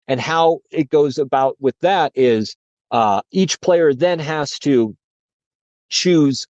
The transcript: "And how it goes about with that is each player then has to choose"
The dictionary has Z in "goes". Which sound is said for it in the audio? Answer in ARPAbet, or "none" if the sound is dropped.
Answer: Z